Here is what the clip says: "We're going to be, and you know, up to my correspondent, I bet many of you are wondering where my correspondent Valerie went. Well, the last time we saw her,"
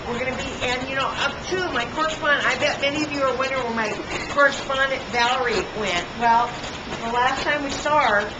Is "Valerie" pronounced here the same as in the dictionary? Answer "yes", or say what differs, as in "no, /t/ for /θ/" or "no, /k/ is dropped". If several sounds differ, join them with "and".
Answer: yes